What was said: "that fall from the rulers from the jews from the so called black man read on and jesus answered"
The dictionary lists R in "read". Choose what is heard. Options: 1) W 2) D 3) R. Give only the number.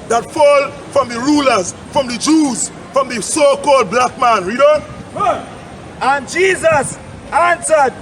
3